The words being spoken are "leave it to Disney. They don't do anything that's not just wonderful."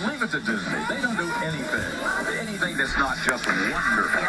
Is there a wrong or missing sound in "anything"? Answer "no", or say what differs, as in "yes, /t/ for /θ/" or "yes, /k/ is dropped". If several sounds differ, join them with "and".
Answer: no